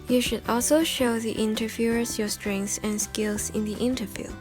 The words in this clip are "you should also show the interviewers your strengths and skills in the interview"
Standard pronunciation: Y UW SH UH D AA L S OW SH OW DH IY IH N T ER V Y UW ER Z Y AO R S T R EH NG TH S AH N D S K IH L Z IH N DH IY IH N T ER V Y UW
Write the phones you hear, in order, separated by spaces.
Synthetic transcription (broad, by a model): Y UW SH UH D AA L S OW SH OW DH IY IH N T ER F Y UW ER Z Y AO S T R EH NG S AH N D S K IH L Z IH N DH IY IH N T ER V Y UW